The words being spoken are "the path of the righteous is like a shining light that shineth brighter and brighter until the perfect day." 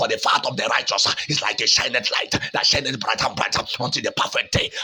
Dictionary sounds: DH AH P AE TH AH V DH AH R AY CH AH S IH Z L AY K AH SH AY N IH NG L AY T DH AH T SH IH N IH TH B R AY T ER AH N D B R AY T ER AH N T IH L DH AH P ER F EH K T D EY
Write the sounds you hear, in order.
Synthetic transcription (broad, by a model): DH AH F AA T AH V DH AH R AY CH AH S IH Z L AY K AH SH AY N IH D L AY T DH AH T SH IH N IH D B R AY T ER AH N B R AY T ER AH N T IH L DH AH P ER F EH K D EY